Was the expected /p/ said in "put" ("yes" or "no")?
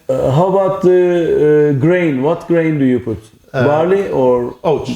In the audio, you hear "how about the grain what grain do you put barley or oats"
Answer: yes